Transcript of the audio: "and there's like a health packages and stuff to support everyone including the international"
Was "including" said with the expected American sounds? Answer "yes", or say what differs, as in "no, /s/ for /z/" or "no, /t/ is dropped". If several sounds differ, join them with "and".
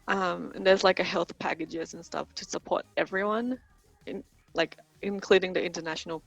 yes